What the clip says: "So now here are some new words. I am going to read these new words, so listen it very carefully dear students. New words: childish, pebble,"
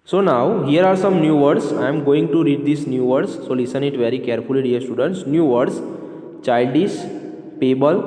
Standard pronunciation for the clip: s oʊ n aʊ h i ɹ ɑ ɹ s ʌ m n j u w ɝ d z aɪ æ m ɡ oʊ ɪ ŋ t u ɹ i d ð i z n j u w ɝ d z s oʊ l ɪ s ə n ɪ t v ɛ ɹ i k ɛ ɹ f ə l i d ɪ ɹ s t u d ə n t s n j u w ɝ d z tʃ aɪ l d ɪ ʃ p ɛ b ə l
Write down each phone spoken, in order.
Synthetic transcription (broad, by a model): s oʊ n aʊ h i ɹ ɑ ɹ s ʌ m n j u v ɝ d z aɪ m ɡ oʊ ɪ ŋ t u ɹ i d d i s n j u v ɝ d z s oʊ l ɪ s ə n ɪ t v ɛ ɹ i k ɛ ɹ f ə l i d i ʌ s t u d ə n t s n j u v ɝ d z tʃ aɪ l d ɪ s p ɛ b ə l